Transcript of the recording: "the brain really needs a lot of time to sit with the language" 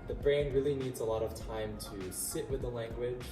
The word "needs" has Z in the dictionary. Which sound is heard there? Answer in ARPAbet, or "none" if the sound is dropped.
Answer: Z